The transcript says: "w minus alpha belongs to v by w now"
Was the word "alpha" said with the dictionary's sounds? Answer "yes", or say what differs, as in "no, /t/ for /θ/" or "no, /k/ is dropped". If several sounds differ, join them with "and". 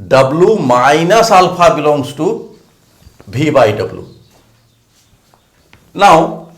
no, /p/ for /f/